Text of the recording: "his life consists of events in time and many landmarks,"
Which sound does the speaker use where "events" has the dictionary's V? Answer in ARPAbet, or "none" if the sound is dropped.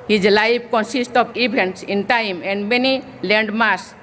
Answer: B